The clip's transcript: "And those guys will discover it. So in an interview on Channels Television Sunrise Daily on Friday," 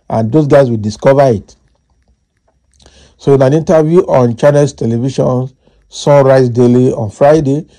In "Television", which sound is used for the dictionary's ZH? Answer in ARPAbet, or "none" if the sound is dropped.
SH